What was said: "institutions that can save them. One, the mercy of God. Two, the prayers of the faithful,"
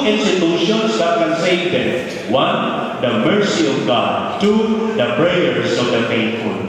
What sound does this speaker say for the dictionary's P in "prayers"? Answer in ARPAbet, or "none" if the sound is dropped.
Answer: B